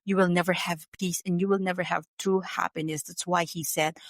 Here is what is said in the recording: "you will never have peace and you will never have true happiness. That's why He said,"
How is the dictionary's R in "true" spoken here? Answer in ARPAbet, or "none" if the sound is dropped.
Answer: none